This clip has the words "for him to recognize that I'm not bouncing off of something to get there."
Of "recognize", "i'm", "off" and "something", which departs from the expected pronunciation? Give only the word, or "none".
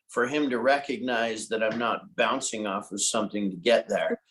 none